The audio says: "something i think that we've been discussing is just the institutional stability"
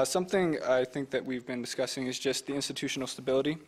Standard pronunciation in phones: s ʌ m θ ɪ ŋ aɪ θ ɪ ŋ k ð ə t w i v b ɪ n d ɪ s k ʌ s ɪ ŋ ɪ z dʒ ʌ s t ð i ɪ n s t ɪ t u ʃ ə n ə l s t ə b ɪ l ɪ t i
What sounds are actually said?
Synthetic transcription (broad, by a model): s ʌ m θ ɪ ŋ aɪ θ ɪ ŋ k ð ə t w i v b ɪ n d ɪ s k ʌ s ɪ ŋ ɪ z dʒ ʌ s t ð i ɪ n s t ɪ t u ʃ n l s t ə b ɪ l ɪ t i